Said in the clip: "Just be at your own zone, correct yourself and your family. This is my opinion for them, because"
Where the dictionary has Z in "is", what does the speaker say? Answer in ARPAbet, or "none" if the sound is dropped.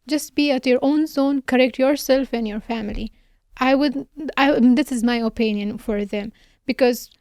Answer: Z